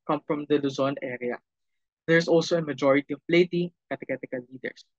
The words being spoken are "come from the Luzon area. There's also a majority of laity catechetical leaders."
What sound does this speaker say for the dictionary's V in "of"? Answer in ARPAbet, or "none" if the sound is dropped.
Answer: P